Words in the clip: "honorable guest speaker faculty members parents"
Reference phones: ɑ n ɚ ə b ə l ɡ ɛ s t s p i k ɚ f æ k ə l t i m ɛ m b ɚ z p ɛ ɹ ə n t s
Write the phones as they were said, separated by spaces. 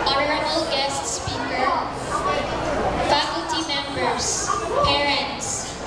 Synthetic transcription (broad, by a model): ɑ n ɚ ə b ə l ɡ ɛ s t s p i k ɚ f æ k ə l t i m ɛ m b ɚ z p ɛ ɹ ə n t s